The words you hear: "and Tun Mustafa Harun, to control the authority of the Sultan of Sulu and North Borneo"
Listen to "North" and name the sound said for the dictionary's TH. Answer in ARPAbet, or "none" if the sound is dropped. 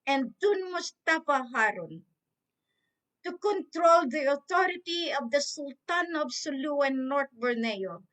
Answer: T